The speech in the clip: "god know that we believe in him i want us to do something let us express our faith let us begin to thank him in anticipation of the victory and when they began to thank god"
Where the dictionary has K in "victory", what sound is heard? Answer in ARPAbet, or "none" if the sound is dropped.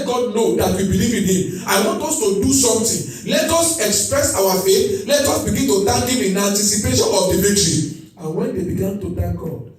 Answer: none